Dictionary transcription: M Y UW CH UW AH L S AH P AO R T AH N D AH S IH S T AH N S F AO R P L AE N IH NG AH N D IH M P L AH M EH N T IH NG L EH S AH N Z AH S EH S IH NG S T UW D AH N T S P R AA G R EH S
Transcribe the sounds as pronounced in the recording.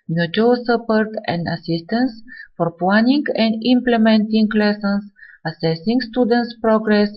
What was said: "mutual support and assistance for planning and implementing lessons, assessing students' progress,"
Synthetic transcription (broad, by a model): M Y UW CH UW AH S AH P AO R T AH N D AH S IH S T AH N S F AO R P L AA N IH NG AH N D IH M P L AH M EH N T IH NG L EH S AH N S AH S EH S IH NG S T UW D AH N T S P R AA G R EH S